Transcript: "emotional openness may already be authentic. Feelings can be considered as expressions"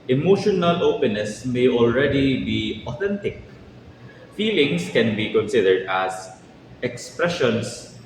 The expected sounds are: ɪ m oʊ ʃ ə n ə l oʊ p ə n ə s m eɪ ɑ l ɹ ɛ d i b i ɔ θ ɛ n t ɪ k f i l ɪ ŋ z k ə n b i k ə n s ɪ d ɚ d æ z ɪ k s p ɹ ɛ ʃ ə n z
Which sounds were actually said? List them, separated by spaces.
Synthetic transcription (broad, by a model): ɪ m oʊ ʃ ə n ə l oʊ p ə n ə s m eɪ ɑ l ɹ ɛ d i b i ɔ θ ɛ n t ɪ k f i l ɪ ŋ s k ə n b i k ə n s ɪ d ɚ d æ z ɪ k s p ɹ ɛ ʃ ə n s